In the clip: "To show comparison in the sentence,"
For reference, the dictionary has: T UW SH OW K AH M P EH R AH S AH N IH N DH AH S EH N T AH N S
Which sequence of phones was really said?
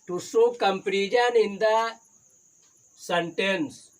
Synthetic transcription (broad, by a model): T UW S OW K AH M P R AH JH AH N IH N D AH S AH N T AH N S